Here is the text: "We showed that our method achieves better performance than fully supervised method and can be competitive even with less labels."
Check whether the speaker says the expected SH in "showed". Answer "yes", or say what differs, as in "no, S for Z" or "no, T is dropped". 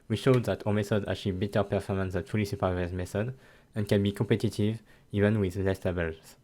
yes